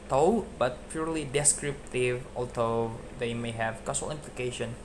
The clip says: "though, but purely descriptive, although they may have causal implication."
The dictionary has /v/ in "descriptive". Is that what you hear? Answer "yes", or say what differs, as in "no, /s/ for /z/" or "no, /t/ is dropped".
yes